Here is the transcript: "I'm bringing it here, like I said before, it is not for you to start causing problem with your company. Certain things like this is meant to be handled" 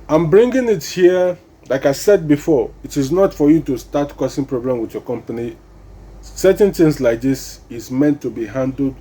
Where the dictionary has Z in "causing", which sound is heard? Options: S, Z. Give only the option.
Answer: S